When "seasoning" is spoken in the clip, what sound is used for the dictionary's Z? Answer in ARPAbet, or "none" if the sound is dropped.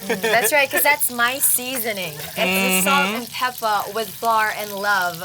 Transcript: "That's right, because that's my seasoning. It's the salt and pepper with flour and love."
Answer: Z